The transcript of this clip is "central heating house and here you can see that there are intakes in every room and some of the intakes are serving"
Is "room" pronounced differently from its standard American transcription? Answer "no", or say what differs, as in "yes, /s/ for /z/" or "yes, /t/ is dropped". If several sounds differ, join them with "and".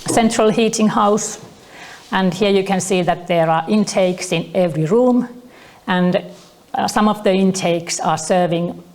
no